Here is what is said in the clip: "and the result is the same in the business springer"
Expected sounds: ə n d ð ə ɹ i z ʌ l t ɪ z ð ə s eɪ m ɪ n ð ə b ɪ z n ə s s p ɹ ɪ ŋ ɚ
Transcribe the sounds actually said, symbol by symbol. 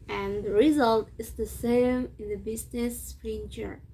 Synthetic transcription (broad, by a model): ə n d ð ə ɹ i z ʌ l t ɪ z ð ə s eɪ m ɪ n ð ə b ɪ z n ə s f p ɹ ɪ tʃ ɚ